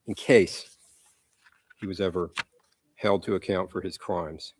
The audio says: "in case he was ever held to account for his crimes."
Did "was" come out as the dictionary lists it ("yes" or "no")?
yes